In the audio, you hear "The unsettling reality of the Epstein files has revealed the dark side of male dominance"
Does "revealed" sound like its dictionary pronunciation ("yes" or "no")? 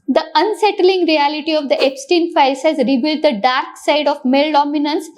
no